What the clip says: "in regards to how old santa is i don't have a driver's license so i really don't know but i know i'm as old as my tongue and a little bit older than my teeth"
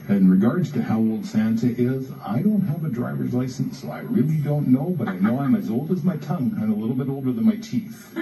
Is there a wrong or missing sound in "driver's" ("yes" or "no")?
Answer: no